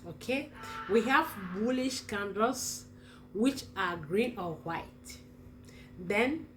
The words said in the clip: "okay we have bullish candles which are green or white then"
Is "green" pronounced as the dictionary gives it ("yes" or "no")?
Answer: yes